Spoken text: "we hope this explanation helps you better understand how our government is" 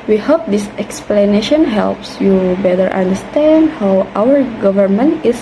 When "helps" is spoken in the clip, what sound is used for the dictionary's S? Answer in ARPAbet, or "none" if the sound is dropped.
S